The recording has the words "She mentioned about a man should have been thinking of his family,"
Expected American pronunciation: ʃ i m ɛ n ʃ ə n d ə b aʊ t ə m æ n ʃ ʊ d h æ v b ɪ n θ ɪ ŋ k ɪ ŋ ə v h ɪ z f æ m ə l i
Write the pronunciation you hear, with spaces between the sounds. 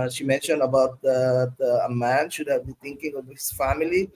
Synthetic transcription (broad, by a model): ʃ i m ɛ n ʃ ə n d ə b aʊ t ə m æ n ʃ ʊ d h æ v b ɪ n t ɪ ŋ k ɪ ŋ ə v h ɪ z f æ m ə l i